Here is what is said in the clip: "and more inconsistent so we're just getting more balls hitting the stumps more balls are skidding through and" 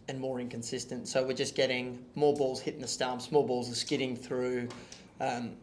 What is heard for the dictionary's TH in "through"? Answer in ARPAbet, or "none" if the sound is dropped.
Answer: TH